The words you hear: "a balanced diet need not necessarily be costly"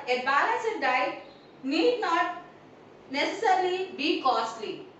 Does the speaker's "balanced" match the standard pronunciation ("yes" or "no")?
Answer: no